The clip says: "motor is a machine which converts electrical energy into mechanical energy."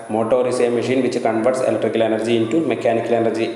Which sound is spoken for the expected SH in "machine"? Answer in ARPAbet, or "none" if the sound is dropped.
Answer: SH